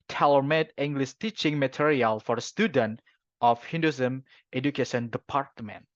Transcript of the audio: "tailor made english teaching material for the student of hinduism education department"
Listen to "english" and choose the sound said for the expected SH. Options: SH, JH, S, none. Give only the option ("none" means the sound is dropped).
S